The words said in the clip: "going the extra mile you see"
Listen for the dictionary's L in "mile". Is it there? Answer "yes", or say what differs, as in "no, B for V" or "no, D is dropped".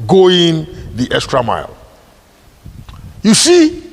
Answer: yes